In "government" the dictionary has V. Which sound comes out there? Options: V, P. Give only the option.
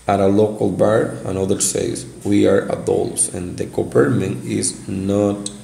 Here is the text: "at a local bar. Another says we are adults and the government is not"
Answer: P